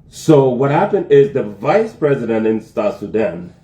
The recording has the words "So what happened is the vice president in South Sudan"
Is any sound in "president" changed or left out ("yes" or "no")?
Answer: no